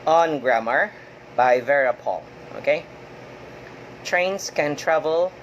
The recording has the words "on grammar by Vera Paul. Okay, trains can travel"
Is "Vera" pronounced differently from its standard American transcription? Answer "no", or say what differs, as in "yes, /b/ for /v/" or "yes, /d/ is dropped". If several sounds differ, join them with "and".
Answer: no